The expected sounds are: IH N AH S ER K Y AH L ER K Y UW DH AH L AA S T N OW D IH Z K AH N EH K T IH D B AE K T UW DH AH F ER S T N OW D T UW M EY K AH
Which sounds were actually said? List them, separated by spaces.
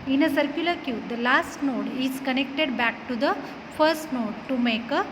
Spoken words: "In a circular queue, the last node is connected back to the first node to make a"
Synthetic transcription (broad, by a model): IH N AH S ER K Y AH L ER K Y UW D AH L AA S T N OW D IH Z K AH N EH K T IH D B AE K T UW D AH F ER S T N OW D T UW M EY K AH